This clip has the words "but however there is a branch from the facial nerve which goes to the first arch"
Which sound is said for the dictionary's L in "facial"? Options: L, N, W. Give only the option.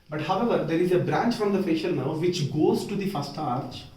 N